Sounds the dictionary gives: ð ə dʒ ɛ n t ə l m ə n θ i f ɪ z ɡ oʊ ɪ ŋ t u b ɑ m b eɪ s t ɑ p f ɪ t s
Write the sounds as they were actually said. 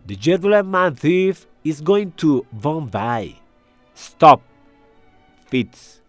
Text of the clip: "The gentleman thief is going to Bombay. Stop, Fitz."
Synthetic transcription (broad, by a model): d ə dʒ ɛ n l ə n m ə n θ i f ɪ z ɡ oʊ ɪ ŋ t u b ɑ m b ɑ s t ɑ p f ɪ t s